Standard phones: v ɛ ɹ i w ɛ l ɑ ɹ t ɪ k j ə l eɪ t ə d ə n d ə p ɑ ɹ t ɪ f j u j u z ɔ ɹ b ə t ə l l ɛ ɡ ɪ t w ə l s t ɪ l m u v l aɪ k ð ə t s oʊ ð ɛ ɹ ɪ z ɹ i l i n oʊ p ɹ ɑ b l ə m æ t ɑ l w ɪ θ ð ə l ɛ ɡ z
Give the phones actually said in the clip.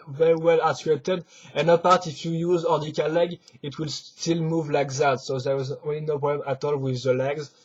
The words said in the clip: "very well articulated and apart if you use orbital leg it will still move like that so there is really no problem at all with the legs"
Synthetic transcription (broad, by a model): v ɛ ɹ i w ɛ l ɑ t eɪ t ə d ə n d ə p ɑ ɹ t ɪ f j u j u z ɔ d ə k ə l l ɛ ɡ ɪ t w ə l s t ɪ l m u v l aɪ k ð ə t s oʊ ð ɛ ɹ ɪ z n l i n oʊ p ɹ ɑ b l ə m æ t ɑ l w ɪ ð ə l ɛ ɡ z